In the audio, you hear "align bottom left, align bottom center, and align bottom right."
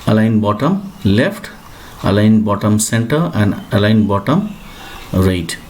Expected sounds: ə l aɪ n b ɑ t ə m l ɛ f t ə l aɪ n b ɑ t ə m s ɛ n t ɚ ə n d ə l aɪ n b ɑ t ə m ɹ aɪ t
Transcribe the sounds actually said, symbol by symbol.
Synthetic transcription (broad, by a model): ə l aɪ n b ɑ t ə m l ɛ p t ə l aɪ n b ɑ t ə m s ɛ n t ɚ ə n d ə l aɪ n b ɑ t ə m ɹ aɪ t